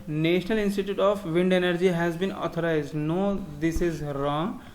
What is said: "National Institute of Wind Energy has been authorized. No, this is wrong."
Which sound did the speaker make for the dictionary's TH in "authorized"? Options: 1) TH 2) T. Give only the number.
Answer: 2